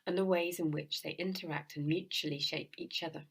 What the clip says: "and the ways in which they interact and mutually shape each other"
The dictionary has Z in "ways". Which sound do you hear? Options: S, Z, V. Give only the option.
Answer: Z